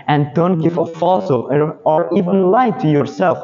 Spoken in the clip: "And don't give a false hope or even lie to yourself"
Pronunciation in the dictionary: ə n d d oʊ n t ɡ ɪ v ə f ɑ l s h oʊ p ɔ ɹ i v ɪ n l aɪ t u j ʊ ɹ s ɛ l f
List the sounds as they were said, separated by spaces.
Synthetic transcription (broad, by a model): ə n d d oʊ n t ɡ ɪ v ə f ɑ l s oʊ ɔ ɹ i v ɪ n l aɪ t u j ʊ ɹ s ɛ l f